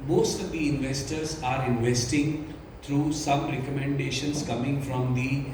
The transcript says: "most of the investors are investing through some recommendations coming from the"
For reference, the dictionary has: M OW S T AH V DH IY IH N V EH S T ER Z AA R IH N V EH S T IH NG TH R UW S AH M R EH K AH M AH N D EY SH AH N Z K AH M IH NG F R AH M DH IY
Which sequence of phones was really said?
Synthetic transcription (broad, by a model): M OW S T AH V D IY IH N V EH S T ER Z AA R IH N V EH S T IH NG T R UW S AH M R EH K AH M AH N D EY SH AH N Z K AH M IH NG F R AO M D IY